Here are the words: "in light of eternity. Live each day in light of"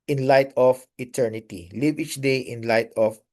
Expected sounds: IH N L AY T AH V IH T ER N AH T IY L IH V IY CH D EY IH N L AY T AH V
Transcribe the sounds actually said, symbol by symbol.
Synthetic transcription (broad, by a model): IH N L AY T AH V IH T ER N AH T IY L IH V IY CH D EY IH N L AY T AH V